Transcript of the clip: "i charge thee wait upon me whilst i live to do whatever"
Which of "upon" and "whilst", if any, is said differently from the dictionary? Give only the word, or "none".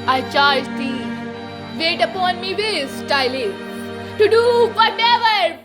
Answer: whilst